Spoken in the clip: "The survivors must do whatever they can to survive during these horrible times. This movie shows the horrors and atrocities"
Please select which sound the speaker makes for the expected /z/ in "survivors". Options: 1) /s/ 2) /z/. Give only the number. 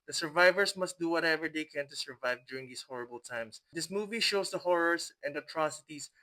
1